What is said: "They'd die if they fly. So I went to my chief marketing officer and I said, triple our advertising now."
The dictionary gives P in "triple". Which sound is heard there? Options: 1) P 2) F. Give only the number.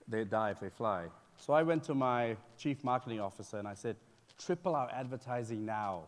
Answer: 1